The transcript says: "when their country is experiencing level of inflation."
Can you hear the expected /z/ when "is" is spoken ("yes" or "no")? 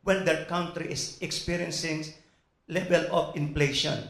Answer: no